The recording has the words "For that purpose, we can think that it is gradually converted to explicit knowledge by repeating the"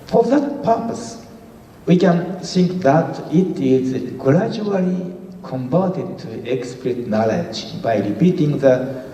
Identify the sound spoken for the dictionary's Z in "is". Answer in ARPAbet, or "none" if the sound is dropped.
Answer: Z